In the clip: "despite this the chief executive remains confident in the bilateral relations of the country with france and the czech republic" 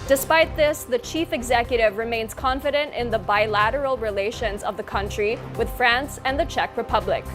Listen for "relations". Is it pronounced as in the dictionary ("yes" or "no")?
yes